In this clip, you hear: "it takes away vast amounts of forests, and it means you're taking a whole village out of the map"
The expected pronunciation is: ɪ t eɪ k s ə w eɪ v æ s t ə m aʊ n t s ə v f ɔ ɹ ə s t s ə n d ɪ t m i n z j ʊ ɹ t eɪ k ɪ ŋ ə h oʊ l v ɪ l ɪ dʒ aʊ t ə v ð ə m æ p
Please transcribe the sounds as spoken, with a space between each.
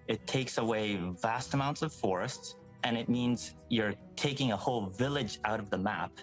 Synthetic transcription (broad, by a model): ɪ t eɪ k s ə w eɪ v æ s t ə m aʊ n t s ə v f ɔ ɹ ə s t s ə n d ɪ t m i n z j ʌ ɹ t eɪ k ɪ ŋ ə h oʊ l v ɪ l ɪ dʒ aʊ t ə v ð ə m æ p